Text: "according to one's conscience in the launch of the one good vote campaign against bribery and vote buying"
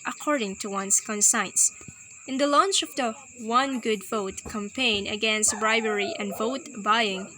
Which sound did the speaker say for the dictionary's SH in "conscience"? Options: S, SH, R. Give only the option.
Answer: S